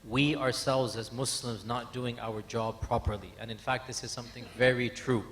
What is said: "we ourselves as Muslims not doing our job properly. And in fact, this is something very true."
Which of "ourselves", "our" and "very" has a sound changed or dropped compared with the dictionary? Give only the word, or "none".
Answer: none